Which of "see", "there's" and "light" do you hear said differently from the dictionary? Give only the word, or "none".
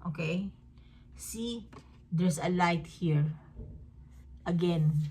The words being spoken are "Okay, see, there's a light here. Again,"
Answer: there's